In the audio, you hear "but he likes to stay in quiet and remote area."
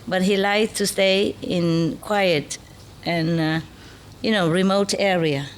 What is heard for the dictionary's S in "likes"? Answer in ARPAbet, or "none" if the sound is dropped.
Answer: none